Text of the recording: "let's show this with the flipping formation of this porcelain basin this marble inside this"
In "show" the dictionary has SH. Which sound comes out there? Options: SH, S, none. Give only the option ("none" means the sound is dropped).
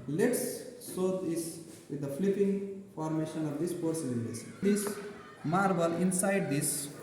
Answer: S